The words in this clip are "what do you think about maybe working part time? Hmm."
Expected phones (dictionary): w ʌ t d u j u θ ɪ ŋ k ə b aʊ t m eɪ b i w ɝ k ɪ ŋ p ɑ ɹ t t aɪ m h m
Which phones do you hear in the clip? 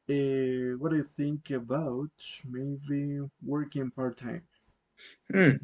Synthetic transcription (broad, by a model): w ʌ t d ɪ j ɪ θ ɪ ŋ k ə b aʊ t m eɪ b i w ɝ k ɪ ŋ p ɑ ɹ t t aɪ m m